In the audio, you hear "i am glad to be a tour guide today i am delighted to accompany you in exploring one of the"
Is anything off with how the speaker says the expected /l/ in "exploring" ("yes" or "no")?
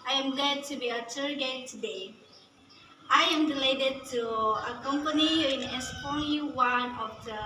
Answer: yes